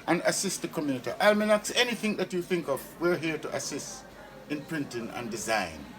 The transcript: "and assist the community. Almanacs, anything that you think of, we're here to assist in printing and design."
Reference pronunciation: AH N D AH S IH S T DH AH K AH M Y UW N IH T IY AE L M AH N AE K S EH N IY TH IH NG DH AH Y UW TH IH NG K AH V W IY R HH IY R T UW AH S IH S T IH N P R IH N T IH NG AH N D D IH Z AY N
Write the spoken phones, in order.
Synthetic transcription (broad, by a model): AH N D AH S IH S T DH AH K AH M Y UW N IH T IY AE L M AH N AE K S EH N IY TH IH NG DH AH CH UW TH IH NG K AH V W IY R HH IY R T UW AH S IH S T IH N P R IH N T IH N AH N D D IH Z AY N